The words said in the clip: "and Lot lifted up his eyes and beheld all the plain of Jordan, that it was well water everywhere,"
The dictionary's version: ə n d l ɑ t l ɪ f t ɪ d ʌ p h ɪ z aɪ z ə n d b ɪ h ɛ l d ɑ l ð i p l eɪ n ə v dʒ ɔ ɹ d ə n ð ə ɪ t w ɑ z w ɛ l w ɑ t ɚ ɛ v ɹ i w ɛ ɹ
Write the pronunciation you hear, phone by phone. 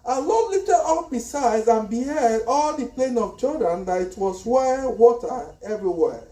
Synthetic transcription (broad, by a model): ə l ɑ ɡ l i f t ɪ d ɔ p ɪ s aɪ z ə n b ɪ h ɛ d ɑ l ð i p l eɪ n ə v tʃ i l d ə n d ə ɪ t w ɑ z w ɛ w ɑ t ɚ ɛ v ɹ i w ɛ